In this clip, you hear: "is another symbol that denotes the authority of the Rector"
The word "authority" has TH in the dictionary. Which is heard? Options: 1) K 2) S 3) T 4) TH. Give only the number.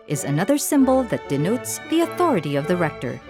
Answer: 4